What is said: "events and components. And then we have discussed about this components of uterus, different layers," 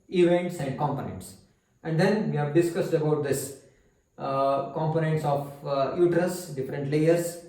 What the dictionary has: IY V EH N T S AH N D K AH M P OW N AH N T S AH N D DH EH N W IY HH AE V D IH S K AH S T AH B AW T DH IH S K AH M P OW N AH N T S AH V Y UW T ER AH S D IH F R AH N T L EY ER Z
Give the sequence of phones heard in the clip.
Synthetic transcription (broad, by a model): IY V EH N T S AH N D K AH M P OW N AH N T S AH N D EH N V IY HH AE V D IH S K AH S T AH B AW T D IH S K AH M P OW N AH N T S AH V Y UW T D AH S D IH F R AH N T L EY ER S